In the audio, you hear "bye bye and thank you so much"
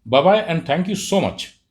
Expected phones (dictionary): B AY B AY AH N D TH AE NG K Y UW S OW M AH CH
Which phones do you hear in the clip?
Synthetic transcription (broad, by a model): B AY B AY AH N D T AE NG K Y UW S OW M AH CH